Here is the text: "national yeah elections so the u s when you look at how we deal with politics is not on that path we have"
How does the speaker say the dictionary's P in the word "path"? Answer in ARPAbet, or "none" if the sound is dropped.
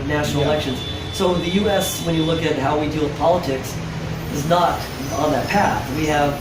P